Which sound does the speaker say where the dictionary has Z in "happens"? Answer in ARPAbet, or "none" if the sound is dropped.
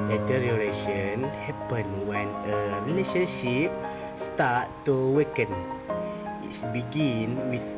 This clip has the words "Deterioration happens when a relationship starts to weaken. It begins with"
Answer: none